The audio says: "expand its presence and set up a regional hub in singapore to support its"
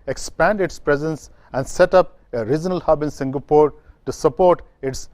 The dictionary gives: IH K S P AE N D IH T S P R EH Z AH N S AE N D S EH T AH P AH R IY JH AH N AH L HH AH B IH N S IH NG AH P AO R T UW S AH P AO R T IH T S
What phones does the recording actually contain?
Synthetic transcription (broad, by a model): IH K S P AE N D IH T S P R EH Z AH N S AE N D S EH T AH P AH R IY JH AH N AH L HH AH B IH N S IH NG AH P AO R T UW S AH P AO R T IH T S